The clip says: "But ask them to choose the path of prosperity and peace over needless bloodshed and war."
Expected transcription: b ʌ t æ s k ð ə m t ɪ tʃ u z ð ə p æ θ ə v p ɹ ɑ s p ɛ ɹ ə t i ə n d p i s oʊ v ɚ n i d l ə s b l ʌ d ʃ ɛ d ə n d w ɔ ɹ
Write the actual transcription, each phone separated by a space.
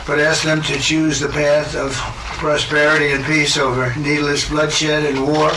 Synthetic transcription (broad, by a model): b ʌ t æ s k ð ə m t ɪ tʃ u z ð ə p æ θ ə v p ɹ ɑ s p ɛ ɹ ə t i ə n p i s oʊ v ɚ n i d l ə s b l ʌ d ʃ ɛ d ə n w ɔ ɹ